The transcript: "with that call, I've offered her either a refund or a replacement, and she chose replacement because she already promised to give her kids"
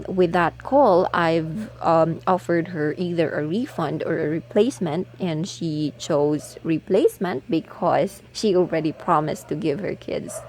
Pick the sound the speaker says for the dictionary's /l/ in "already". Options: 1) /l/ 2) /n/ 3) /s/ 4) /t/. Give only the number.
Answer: 1